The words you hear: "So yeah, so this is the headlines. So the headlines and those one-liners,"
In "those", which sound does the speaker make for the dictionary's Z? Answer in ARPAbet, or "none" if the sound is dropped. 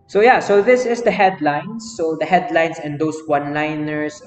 S